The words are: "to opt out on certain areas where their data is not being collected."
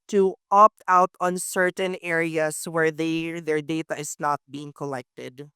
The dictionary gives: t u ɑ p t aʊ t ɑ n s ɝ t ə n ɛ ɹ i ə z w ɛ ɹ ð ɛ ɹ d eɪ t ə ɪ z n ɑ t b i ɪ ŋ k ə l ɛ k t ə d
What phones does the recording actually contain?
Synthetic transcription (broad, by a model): t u ɑ p t aʊ t ɑ n s ɝ t ə n ɛ ɹ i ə s w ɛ ɹ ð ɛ ɹ d eɪ t ə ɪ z n ɑ t b i ɪ ŋ k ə l ɛ k t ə d